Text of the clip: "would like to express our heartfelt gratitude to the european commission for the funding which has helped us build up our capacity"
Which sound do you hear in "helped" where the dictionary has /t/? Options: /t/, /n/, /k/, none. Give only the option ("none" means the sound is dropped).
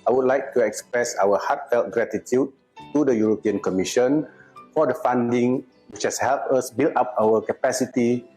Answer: none